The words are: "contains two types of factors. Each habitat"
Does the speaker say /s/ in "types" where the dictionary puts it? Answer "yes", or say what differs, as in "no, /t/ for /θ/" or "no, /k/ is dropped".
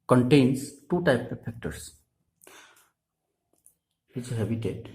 no, /s/ is dropped